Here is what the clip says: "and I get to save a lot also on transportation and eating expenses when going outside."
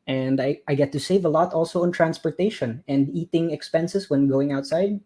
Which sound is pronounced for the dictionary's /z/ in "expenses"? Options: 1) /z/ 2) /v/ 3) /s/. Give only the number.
3